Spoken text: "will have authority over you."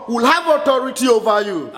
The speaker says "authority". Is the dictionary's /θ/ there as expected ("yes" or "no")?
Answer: no